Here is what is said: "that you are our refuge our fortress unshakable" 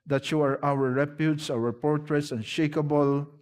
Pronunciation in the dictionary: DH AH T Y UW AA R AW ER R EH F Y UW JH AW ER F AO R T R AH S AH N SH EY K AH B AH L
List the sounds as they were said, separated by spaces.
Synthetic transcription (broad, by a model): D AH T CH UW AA R AW ER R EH P Y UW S AW ER P AO R T R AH S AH N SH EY K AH B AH L